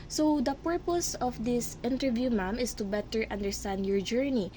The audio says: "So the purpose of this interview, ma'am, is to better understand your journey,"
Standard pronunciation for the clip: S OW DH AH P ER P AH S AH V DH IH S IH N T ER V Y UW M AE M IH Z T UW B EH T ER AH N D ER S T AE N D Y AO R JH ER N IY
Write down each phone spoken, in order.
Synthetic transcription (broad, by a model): S OW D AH P ER P AH S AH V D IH S IH N T ER V Y UW M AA M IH S T UW B EH T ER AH N D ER S T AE N D Y AO R JH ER N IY